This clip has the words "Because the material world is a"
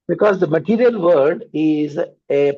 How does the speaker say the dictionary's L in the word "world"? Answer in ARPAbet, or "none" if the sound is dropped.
none